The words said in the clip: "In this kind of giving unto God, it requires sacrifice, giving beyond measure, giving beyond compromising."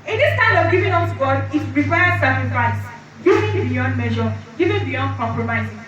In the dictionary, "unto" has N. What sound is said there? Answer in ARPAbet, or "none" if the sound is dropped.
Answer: none